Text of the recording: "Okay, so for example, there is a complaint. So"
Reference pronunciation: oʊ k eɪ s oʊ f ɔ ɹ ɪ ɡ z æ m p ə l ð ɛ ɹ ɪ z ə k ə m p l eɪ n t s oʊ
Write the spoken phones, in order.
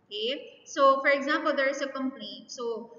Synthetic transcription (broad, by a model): k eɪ s oʊ f ɔ ɹ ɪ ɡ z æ m p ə l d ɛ ɹ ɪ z ə k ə m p ʌ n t s oʊ